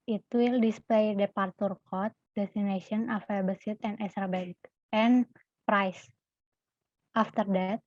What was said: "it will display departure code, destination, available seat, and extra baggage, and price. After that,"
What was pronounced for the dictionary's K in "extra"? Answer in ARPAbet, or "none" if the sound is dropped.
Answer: none